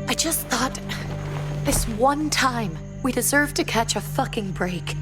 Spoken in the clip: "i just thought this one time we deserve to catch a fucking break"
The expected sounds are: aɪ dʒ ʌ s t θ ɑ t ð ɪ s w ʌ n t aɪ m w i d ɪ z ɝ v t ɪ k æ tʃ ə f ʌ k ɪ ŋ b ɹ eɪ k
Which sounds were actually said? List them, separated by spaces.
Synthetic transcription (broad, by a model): aɪ dʒ ʌ s t θ ɑ t ð ɪ s w ʌ n t aɪ m w i d ɪ z ɝ v t ɪ k æ tʃ ə f ʌ k ɪ ŋ b ɹ eɪ k